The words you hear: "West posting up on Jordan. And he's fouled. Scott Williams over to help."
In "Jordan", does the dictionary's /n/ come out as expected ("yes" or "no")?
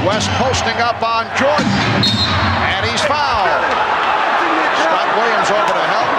no